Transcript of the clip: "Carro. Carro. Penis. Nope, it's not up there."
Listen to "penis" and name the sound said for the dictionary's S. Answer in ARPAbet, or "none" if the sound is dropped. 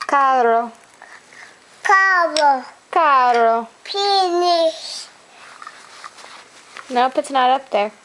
SH